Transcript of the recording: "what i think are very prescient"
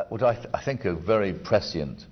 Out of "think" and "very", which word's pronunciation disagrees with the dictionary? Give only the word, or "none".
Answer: none